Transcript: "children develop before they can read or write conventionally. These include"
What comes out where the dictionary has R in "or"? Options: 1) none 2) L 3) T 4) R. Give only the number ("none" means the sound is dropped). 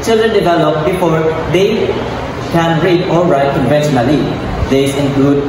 2